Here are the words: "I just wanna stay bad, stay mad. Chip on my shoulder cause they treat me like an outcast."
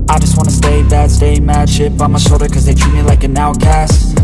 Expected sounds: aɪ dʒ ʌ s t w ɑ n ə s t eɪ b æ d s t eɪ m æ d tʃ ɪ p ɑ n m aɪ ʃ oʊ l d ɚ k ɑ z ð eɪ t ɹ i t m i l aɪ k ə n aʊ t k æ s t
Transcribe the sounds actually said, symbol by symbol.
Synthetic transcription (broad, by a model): aɪ dʒ ʌ s t w ɑ n ə s t eɪ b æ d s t eɪ m æ d ʃ ɪ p ɑ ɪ m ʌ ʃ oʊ d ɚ k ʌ z ð eɪ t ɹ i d m i l aɪ k ə n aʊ k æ s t